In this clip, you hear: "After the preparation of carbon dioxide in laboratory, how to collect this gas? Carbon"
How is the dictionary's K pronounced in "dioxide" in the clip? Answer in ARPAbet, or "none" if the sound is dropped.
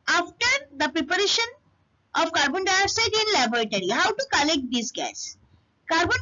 none